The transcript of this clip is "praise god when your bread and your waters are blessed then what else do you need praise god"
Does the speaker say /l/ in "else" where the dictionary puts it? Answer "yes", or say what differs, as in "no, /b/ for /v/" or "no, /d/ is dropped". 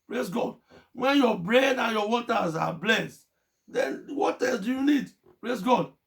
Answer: no, /l/ is dropped